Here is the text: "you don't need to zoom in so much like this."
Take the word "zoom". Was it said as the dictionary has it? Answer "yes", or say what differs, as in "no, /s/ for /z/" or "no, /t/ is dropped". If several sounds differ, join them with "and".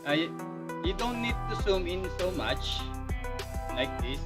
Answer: no, /s/ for /z/